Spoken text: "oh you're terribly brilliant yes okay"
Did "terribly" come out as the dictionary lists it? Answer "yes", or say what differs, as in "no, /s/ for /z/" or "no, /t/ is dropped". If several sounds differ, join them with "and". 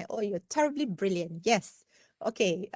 yes